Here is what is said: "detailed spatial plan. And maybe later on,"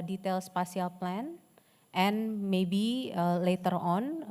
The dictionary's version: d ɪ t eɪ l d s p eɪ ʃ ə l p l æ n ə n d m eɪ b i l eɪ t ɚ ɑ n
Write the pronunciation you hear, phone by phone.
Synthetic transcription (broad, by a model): d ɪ t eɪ l s p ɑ s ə l p l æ n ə n m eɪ b i l eɪ t ɚ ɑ n